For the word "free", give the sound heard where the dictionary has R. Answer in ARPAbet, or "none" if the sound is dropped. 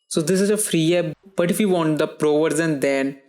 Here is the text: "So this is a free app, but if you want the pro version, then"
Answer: R